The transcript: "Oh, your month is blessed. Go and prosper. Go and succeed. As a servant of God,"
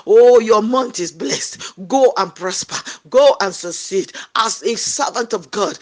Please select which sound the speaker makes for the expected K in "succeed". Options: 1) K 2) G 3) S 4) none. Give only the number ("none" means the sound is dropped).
4